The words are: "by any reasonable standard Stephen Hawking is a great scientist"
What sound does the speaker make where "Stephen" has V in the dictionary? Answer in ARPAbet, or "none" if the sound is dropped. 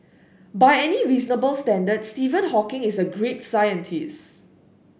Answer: V